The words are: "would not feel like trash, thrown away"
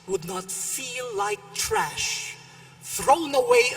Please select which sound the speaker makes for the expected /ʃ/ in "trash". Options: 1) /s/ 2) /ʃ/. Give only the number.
2